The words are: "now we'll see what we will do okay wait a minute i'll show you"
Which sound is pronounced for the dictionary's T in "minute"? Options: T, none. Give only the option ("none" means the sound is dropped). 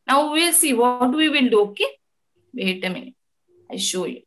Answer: none